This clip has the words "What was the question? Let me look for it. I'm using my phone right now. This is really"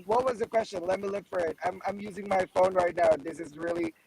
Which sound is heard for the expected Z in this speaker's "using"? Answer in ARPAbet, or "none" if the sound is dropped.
Z